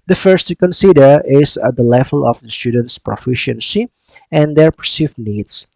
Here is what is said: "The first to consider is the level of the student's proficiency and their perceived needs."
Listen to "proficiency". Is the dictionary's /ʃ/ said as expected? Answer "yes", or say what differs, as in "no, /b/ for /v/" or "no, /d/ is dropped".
yes